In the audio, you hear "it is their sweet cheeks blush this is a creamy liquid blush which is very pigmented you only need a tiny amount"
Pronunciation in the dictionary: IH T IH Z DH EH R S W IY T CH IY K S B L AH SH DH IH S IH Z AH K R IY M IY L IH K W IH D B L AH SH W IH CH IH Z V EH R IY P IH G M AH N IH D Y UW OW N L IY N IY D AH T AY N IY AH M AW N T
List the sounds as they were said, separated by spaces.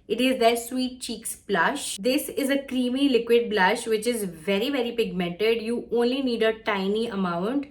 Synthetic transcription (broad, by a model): IH T IH Z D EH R S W IY T CH IY K S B L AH SH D IH S IH Z AH K R IY M IY L IH K W IH D B L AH SH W IH CH IH Z V EH R IY P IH G M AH N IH D Y UW OW N L IY N IY D AH T AY N IY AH M AW N T